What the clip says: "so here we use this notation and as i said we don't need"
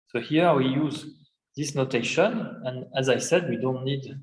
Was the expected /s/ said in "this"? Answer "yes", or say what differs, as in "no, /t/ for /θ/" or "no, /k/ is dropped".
yes